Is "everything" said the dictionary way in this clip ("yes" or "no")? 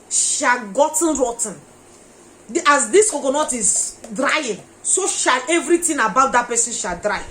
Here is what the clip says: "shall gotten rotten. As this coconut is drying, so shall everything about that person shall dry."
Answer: no